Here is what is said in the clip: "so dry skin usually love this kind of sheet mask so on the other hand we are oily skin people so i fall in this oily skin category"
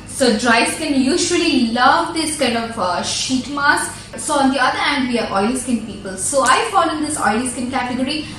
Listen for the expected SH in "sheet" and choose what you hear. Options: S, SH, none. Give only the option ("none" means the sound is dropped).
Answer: SH